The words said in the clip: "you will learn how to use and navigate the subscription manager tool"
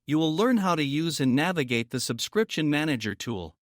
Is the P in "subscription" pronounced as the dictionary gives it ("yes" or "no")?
yes